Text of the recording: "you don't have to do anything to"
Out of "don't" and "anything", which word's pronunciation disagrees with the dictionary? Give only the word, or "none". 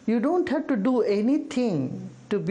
anything